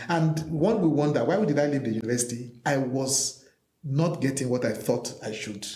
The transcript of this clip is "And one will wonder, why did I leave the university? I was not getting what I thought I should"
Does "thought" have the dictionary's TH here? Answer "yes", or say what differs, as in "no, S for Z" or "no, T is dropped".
yes